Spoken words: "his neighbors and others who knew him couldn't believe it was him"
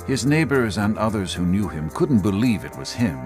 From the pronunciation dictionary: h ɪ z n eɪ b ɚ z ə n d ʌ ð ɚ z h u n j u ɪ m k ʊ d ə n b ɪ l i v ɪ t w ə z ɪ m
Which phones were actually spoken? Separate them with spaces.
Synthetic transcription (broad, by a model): h ɪ z n eɪ b ɚ z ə n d ʌ ð ɚ z h u n j u ɪ m k ʊ d n b ɪ l i v ɪ t w ə z ɪ m